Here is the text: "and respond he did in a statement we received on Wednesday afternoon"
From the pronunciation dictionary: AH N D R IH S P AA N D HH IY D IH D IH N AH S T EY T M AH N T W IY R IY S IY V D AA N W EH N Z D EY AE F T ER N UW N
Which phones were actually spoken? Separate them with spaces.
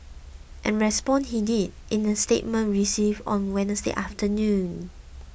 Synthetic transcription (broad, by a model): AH N R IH S P AA N HH IY D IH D IH N AH S T EY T M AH N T R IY S IY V AA N W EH N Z D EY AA F T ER N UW N